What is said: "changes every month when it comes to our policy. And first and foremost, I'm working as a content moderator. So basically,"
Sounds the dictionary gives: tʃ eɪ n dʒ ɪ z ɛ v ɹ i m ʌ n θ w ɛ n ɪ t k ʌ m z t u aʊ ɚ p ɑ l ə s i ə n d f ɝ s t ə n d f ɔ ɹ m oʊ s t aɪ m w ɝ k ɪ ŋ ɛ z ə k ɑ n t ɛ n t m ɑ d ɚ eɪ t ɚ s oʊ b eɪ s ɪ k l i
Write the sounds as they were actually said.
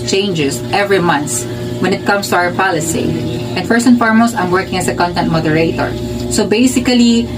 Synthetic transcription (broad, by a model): tʃ eɪ n dʒ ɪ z ɛ v ɹ i m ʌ n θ w ɛ n ɪ t k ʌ m s t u aʊ ɚ p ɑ l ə s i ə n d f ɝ s ə n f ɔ ɹ m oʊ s aɪ m w ɝ k ɪ ŋ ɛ s ə k ɑ n t ɛ n t m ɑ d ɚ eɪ t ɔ s oʊ b eɪ s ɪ k l i